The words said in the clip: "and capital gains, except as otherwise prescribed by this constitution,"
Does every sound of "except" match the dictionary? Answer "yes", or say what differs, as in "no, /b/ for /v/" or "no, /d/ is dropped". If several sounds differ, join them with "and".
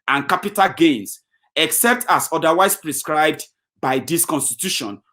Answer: yes